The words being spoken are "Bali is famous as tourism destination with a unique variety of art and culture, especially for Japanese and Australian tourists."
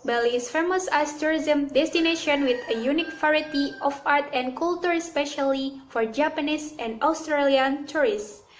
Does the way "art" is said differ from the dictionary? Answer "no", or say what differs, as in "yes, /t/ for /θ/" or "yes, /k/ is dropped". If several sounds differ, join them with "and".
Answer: no